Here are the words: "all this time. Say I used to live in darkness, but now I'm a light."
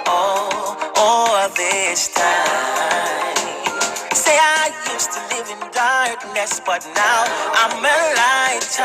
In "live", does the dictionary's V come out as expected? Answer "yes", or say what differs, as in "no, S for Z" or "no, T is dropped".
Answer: yes